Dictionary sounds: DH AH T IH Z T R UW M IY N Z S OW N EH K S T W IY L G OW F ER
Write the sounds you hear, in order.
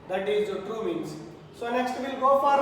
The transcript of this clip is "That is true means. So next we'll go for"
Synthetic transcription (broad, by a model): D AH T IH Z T UW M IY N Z S OW N EH K S T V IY L G OW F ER